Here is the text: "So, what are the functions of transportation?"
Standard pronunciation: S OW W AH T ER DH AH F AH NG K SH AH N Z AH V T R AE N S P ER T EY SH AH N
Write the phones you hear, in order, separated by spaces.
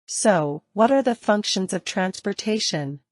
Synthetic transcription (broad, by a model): S OW W AH T ER DH AH F AH NG K SH AH N Z AH V T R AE N S P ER T EY SH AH N